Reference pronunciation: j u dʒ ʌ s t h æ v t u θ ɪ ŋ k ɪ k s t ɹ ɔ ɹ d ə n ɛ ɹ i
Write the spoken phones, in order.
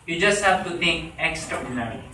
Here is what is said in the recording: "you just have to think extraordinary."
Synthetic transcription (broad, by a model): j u dʒ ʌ s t h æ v t u t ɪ ŋ k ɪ k s t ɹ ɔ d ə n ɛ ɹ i